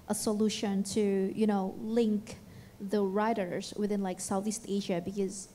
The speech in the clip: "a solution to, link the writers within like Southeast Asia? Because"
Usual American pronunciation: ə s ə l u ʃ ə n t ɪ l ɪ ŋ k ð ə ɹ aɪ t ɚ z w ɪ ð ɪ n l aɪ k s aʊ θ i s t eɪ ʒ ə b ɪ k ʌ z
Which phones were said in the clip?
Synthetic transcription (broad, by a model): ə s ə l u ʃ ə n t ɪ l ɪ ŋ k ð ə ɹ aɪ t ɚ z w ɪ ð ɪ n l aɪ k s aʊ θ i s t eɪ ʒ ə b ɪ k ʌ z